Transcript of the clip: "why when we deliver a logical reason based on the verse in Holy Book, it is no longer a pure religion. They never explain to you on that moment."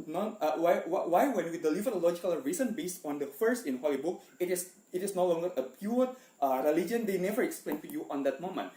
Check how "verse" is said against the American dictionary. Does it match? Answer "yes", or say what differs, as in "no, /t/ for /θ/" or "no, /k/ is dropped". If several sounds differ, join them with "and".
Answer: no, /f/ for /v/